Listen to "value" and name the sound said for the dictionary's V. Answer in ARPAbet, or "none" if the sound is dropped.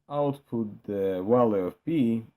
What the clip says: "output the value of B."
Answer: W